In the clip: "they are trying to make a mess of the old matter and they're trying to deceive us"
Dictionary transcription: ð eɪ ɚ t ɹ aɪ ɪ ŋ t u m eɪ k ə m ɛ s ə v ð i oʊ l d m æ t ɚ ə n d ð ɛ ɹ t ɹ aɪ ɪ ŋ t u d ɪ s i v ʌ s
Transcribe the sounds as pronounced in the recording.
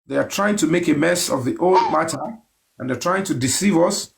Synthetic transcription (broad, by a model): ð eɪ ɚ t ɹ aɪ ɪ ŋ t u m eɪ k ə m ɛ s ə v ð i oʊ l d m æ t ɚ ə n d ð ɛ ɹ t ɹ aɪ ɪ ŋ t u d ɪ s i v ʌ s